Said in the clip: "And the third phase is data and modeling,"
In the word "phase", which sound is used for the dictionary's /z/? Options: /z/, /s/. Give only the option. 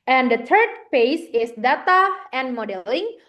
/s/